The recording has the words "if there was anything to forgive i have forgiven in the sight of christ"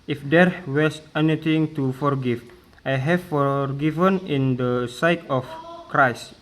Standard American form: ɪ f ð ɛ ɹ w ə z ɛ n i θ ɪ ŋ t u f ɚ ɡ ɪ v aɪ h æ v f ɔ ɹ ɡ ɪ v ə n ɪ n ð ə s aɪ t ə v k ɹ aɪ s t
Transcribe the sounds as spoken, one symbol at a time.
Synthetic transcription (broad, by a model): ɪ f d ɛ ɹ w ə s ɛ n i t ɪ ŋ t u f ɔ ɡ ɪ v aɪ h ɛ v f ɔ ɹ ɡ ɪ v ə n ɪ n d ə s aɪ t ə f k ɹ aɪ s t